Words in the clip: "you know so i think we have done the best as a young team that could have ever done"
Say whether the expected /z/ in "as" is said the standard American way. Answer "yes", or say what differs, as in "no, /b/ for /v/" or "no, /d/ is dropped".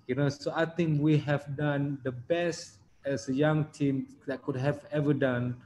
no, /s/ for /z/